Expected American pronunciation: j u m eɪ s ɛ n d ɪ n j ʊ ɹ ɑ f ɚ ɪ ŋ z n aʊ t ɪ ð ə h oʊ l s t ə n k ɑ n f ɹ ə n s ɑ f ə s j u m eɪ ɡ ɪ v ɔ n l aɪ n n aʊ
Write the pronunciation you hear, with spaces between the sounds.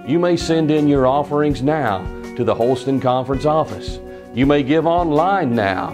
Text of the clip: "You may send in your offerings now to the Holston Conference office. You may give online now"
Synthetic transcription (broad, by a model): j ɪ m eɪ s ɛ n d ɪ n j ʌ ɹ ɑ f ɚ ɪ ŋ z n aʊ t ɪ ð ə h oʊ l s t ə n k ɑ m f ɹ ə n s ɑ f ə s j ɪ m eɪ ɡ ɪ v ɔ n l aɪ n n aʊ